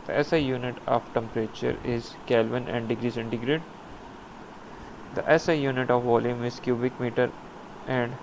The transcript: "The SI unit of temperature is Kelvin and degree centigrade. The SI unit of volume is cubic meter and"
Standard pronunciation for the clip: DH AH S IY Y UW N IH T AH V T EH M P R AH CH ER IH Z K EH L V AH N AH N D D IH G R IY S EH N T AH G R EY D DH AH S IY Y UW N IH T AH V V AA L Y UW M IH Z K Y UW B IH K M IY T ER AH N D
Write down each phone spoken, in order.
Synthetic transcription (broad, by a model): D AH S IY Y UW N IH T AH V T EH M P R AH CH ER IH Z K EH L V AH N AH N D D IH G R IY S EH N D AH G R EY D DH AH S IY Y UW N IH T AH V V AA L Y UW M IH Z K Y UW B IH K M IY T ER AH N D